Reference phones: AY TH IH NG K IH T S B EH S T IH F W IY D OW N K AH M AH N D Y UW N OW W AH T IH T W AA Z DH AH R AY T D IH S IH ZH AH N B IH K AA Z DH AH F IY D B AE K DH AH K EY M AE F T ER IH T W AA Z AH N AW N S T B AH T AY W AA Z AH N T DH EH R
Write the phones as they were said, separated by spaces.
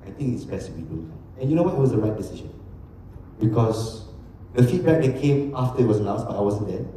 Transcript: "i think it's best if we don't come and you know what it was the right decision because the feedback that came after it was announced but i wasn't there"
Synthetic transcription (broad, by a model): AY T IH NG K IH T S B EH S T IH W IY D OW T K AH AH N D Y UW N OW W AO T IH T W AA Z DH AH R AY T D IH S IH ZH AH N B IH K AA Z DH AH F IY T B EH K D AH K EY M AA F T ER IH T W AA S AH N AW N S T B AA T AY W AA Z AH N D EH